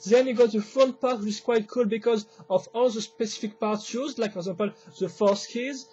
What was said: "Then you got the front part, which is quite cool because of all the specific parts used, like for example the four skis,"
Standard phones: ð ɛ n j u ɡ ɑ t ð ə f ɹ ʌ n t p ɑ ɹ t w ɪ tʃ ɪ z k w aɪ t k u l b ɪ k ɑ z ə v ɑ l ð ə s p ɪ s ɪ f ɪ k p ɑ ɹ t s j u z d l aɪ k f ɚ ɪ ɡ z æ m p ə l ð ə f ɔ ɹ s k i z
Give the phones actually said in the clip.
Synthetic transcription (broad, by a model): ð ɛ n j u ɡ ɑ t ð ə f ʌ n p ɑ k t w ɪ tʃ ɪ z k w aɪ t k u l b ɪ k ɑ z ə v ɑ l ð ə s p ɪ s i f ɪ k p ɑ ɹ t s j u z l aɪ k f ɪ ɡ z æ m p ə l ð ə f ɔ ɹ s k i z